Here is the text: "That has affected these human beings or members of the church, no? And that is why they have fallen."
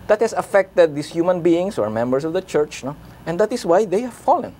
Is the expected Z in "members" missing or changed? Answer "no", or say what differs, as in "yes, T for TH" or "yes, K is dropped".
yes, S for Z